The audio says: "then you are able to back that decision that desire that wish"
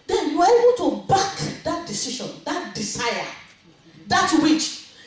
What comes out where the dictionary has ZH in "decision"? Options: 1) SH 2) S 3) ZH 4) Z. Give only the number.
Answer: 1